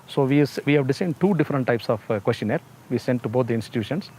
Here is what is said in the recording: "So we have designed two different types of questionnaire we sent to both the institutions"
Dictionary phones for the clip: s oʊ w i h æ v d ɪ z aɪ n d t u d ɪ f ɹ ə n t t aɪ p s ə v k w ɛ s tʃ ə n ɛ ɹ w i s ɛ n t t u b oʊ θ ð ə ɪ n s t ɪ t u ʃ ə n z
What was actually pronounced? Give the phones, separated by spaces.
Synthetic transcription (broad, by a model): s oʊ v i h æ v d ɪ s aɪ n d t u d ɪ f ɹ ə n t t aɪ p s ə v k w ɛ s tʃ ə n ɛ ɹ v i s ɛ n t t u b oʊ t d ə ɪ n s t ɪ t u ʃ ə n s